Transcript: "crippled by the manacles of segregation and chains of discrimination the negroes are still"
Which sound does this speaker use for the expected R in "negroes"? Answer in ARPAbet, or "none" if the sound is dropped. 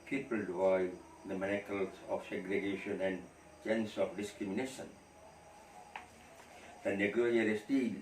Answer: none